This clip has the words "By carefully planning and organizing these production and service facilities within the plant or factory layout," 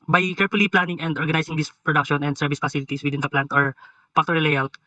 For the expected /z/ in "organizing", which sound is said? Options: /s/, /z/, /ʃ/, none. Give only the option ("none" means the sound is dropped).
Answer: /s/